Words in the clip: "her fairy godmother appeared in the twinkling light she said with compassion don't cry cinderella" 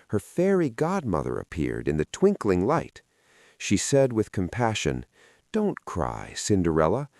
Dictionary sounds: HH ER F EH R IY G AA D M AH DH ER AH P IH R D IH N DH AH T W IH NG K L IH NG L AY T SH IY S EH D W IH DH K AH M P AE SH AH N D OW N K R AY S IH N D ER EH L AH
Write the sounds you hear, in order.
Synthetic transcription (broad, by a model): HH ER F EH R IY G AA D M AH DH ER AH P IH R D IH N DH AH T W IH NG K L IH NG L AY T SH IY S EH D W IH DH K AH M P AE SH AH N D OW N K R AY S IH N D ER EH L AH